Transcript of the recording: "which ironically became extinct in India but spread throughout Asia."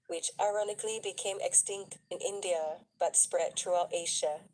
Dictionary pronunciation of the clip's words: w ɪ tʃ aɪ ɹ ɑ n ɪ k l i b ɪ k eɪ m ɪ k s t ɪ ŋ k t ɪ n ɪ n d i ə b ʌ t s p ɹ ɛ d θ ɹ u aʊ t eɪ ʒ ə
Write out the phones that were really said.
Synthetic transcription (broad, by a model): w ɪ tʃ aɪ ɹ ɑ n ɪ k l i b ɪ k eɪ m ɪ k s t ɪ ŋ k t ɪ n ɪ n d i ə b ʌ t s p ɹ ɛ d t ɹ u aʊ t eɪ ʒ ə